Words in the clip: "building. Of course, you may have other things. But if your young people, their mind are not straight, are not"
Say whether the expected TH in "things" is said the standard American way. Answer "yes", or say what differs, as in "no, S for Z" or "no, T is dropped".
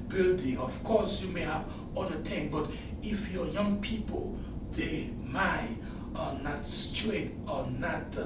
no, T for TH